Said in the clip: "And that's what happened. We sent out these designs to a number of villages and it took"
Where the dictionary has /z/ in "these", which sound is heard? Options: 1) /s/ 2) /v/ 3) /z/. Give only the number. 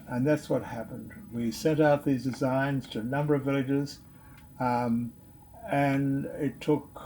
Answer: 3